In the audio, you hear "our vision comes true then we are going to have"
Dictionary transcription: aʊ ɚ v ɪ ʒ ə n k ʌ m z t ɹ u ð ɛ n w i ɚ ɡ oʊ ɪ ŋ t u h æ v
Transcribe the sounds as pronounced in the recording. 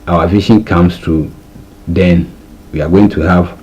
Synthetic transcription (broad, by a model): aʊ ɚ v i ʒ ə n k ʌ m s t u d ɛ n w i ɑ ɡ oʊ ɪ ŋ t u h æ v